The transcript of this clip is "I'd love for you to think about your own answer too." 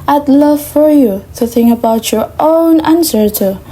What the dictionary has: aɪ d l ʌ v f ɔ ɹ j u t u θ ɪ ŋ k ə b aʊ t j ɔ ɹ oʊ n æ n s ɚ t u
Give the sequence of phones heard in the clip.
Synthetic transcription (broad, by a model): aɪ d l ʌ v f ɔ ɹ j u t u θ ɪ ŋ k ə b aʊ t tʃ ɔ ɹ oʊ n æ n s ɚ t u